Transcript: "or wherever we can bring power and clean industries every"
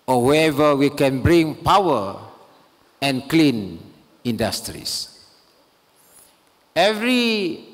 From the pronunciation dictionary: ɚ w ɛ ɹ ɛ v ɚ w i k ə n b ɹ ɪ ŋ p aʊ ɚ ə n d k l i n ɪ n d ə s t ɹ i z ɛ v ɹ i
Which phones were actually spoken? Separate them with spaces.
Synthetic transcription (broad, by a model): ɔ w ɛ ɛ v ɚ w i k ə n b ɹ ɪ ŋ p aʊ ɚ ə n k l i n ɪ n d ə s t ɹ i s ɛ v ɹ i